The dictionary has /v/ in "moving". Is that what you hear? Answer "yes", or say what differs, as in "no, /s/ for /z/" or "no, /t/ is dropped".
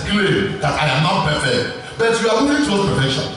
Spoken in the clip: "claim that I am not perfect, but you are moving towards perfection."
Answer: no, /v/ is dropped